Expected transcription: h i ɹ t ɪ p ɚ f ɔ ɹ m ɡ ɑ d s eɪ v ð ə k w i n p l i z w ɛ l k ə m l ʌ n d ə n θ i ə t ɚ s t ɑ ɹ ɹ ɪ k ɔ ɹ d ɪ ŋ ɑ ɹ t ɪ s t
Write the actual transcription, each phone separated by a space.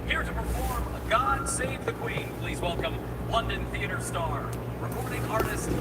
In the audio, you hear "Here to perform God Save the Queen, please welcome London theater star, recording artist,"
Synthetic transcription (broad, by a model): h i ɹ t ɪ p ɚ f ɔ ɹ m ɡ ɑ d s eɪ v ð ə k w i n p l i z w ɛ l k ə m l ʌ n d ə n θ i ə t ɚ s t ɑ ɹ ɹ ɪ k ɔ ɹ d ɪ ŋ ɑ ɹ t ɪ s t